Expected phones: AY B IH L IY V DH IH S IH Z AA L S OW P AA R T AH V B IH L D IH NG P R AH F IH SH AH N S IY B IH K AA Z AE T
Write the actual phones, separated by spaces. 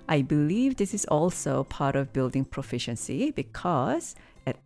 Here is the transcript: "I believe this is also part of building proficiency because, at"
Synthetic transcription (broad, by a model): AY B IH L IY V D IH S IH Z AA L S OW P AA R T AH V B IH L D IH NG P R AH F IH SH AH N S IY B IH K AA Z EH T